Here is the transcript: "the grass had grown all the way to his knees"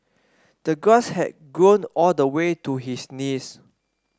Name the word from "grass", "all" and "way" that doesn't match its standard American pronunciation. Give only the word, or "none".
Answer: grass